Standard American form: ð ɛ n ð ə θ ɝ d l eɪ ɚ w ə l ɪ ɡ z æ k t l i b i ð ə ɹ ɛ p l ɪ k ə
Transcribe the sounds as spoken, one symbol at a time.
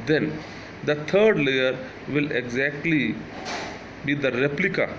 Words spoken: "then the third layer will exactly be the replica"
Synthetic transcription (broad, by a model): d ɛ n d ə t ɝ d l eɪ ɚ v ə l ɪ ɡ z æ k t l i b i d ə ɹ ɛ p l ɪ k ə